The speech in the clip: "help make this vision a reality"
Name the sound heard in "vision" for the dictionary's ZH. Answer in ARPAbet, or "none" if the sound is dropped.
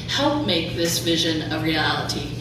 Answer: ZH